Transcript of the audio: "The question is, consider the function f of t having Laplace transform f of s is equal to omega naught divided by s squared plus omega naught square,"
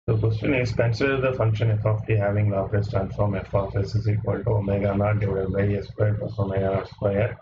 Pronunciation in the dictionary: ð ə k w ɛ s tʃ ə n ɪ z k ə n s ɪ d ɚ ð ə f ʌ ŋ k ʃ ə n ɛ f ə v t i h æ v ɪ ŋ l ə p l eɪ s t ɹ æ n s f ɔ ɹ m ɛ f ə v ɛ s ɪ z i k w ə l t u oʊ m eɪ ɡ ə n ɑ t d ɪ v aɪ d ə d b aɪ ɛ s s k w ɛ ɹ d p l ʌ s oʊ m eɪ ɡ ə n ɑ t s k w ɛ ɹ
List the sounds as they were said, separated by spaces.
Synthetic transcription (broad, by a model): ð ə k w ɛ s tʃ ə n ɪ z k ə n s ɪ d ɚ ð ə f ʌ ŋ k ʃ ə n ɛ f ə f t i h æ v ɪ ŋ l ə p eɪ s t ɹ æ n s f ɔ ɹ m ɛ f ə f ɛ s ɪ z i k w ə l t u oʊ m eɪ ɡ ə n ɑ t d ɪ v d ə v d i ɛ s s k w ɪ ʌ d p ʌ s oʊ m eɪ ɡ ə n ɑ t s k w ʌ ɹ